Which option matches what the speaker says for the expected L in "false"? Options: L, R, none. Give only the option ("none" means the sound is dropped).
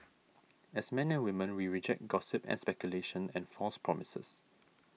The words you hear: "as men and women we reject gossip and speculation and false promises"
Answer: none